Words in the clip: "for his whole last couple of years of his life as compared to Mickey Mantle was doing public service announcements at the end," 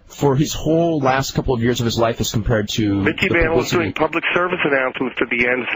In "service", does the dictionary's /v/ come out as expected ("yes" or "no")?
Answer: yes